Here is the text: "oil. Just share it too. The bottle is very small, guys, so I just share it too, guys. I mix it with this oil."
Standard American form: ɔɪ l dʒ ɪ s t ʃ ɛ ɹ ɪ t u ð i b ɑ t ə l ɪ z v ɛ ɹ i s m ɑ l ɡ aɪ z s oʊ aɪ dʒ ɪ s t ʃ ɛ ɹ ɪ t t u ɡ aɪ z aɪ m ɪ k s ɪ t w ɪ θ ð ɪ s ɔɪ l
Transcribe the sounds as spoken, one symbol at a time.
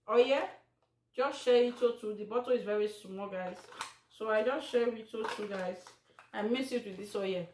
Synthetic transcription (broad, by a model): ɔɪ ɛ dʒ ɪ s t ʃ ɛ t ɪ t u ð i b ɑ t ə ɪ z v ɛ ɹ i s m ɑ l ɡ aɪ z s oʊ aɪ dʒ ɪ s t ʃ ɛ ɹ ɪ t t u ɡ aɪ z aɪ m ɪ s ɪ t w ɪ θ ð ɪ s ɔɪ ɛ